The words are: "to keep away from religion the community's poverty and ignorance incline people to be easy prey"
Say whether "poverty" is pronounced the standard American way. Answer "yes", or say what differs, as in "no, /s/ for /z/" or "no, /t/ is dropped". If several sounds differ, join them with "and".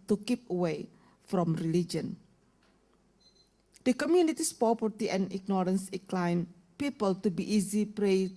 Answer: no, /p/ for /v/